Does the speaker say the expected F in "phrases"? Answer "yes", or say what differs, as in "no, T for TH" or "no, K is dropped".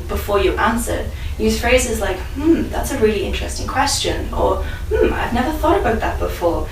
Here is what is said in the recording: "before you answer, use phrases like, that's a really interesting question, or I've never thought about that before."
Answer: yes